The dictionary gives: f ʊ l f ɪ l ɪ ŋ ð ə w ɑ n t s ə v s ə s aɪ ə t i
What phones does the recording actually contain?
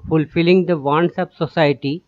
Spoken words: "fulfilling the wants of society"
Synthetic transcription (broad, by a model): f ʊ l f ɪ l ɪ ŋ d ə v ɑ n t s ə p s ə s aɪ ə t i